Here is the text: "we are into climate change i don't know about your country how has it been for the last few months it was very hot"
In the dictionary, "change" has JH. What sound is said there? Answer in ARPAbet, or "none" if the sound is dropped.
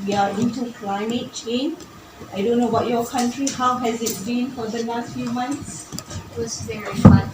none